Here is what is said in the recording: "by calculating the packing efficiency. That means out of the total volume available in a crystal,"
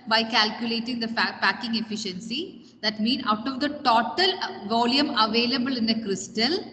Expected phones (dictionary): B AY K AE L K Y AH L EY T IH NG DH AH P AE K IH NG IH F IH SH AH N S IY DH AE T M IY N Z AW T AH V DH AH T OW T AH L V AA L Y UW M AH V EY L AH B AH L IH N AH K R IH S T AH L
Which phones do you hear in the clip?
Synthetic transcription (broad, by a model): B AY K AE L K Y AH L EY T IH NG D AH P AE K IH NG IH F IH SH AH N S IY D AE T M IY N AW T AH V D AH T OW T AH L V AA L Y UW M AH V EY L AH B AH L IH N AH K R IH S T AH L